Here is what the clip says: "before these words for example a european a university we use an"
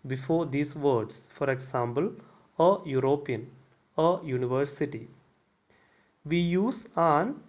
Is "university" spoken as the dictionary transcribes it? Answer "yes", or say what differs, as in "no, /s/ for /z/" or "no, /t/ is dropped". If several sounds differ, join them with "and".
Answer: yes